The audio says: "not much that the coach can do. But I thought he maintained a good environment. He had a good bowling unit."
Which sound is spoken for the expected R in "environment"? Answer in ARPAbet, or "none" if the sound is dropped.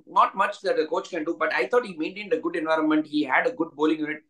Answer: R